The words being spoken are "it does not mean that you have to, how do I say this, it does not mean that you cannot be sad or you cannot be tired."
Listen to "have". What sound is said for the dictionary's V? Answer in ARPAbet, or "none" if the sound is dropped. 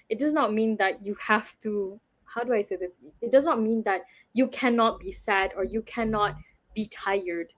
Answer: F